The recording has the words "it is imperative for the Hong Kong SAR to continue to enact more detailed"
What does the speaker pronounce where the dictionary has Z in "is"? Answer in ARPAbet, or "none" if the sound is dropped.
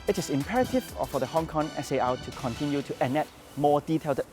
S